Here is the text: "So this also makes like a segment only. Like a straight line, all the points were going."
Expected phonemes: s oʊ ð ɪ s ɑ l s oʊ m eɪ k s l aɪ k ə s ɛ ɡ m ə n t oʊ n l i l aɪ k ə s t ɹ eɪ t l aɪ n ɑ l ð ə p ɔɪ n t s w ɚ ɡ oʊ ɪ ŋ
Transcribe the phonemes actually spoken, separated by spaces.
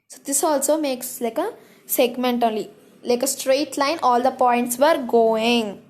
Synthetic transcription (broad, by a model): s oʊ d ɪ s ɑ l s oʊ m eɪ k s l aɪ k ə s ɛ ɡ m ə n t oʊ l i l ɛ k ə s t ɹ eɪ t l aɪ n ɑ l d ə p ɔɪ n t s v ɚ ɡ oʊ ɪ ŋ